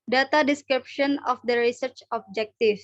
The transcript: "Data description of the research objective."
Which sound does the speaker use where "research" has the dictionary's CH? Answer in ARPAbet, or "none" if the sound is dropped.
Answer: CH